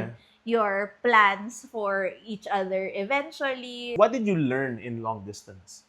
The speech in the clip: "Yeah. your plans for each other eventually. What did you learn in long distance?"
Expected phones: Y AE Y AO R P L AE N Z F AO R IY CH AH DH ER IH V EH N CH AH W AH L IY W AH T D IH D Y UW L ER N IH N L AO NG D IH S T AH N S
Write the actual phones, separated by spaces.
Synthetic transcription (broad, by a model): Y Y AO R P L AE N S F AO R IY CH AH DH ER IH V EH N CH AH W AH L IY W AH T D IH D Y UW L ER N IH N L AO NG D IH S T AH N S